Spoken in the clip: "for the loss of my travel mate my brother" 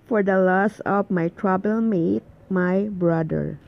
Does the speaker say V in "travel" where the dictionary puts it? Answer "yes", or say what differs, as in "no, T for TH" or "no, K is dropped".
no, B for V